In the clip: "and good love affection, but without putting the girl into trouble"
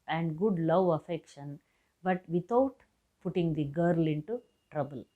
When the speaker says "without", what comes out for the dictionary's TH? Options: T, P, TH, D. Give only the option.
T